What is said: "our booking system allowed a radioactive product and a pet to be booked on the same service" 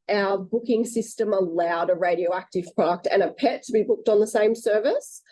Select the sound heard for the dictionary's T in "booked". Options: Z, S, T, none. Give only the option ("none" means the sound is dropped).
T